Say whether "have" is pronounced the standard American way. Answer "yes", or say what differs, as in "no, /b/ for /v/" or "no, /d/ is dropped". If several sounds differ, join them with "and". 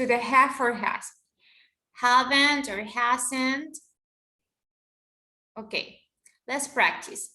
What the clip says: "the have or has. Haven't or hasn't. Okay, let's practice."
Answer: no, /f/ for /v/